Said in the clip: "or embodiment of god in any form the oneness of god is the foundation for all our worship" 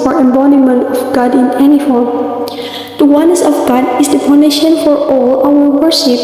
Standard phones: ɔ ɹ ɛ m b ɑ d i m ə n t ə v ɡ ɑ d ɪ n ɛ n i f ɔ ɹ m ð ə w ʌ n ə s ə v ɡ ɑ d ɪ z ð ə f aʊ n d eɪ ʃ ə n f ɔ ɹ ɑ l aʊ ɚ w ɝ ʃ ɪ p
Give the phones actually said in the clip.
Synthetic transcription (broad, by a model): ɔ ɹ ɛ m b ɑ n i m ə n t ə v ɡ ɑ d ɪ n ɛ n i f ɔ ɹ m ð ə w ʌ n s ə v ɡ ɑ d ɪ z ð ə p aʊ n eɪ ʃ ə n f ɔ ɹ ɑ l aʊ ɚ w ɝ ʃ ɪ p